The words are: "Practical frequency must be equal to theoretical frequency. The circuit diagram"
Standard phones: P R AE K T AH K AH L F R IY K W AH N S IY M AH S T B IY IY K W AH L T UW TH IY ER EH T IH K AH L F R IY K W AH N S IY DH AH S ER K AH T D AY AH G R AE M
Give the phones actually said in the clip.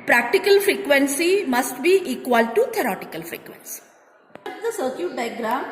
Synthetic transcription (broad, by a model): P R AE K T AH K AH L F R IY K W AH N S IY M AH S T B IY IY K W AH L T UW T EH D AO T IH K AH L F R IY K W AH N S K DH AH S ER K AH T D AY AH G R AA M